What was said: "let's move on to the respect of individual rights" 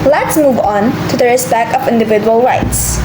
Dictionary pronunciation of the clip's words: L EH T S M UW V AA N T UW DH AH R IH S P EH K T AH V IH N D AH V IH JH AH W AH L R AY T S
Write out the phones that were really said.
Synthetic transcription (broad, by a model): L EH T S M UW V AA N T UW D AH R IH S B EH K AH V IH N D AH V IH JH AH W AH L R AY T S